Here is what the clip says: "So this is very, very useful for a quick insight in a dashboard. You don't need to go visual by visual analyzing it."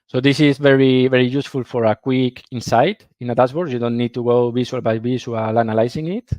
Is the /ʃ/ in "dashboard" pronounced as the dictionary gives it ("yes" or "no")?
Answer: no